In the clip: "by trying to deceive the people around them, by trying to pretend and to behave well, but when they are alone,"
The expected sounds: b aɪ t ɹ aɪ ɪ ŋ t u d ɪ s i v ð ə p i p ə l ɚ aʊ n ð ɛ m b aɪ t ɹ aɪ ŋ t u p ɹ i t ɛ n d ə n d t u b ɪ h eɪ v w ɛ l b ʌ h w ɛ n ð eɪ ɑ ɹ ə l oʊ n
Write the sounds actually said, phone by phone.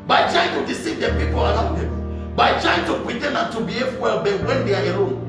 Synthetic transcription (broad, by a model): b aɪ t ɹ aɪ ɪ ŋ t u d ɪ s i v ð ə p i p ə l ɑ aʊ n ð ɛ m b aɪ t ɹ aɪ ŋ t u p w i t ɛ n ə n t u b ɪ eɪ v w ɛ l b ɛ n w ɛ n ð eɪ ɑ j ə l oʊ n